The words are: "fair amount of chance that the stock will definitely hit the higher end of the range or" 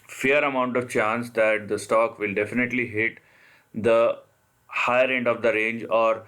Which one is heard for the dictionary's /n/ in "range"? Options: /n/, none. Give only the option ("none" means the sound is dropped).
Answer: /n/